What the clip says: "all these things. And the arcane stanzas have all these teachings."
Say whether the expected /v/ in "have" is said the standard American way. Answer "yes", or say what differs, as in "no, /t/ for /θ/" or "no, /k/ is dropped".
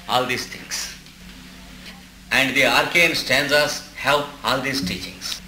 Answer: no, /p/ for /v/